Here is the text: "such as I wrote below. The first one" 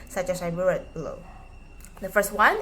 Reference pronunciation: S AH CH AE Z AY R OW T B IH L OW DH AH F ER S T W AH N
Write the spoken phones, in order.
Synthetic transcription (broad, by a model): S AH CH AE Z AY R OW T B IH L OW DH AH F ER S T W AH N